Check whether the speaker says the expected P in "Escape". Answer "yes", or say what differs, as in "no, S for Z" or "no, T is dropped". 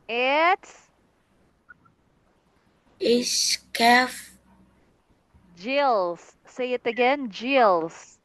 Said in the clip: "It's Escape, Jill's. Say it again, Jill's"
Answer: no, F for P